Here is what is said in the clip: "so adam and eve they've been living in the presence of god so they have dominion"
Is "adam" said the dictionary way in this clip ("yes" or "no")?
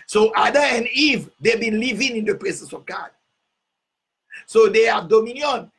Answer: no